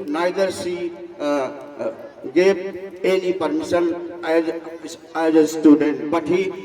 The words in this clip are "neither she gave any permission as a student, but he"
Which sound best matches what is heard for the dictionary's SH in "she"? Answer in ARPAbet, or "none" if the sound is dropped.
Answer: S